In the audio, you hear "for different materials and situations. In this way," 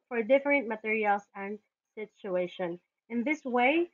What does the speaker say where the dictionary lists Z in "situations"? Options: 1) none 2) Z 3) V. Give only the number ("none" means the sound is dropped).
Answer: 1